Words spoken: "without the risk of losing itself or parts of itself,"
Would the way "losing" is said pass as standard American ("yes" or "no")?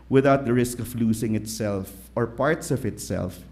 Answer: no